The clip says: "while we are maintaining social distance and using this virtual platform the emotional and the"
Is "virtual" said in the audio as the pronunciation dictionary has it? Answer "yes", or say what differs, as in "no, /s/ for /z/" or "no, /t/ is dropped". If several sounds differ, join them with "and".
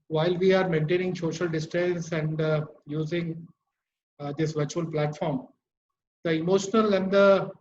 yes